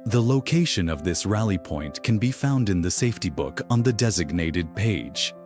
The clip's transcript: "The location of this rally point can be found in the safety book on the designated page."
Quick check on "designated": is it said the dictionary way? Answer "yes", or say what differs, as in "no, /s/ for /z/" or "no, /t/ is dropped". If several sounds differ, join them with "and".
yes